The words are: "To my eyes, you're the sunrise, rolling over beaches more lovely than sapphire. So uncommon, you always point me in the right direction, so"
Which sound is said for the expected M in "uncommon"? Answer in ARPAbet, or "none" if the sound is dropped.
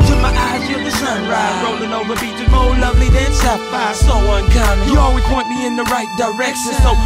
none